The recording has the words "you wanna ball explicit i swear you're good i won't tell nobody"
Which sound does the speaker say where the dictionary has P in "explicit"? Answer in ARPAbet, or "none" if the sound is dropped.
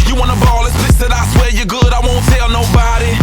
none